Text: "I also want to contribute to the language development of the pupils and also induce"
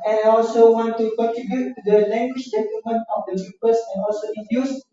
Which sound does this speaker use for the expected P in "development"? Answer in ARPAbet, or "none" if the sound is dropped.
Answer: none